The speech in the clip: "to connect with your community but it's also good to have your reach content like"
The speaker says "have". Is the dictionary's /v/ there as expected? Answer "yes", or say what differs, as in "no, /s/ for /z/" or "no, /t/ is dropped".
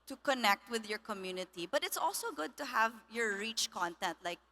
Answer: yes